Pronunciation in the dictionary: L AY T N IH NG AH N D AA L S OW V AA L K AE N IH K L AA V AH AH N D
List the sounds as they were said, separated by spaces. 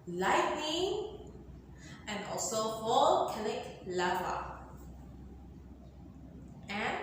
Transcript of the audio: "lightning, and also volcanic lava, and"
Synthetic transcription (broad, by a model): L AY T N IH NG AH N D AA L S OW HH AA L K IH L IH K L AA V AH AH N